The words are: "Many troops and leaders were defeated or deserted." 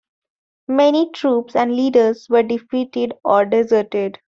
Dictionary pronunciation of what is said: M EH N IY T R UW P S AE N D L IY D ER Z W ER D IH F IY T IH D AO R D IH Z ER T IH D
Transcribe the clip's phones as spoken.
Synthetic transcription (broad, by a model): M EH N IY T R UW P S AE N D L IY D ER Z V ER D IH F IY T IH D AO R D IH Z ER T IH D